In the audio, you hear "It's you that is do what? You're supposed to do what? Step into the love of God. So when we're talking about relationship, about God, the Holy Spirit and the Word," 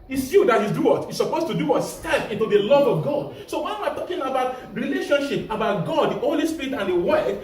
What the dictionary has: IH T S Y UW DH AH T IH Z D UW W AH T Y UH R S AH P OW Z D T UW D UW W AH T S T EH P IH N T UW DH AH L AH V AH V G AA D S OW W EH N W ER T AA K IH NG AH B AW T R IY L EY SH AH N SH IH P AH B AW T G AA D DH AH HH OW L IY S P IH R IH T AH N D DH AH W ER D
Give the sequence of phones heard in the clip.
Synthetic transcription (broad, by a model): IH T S Y UW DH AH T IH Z D UW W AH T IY S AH P OW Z T UW D UW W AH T S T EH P IH N T UW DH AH L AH V AH V G AA D S OW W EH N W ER T AA K IH NG AH B AW T R IY L EY SH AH N SH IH P AH B AW T G AA D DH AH HH OW L IY S P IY R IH T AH N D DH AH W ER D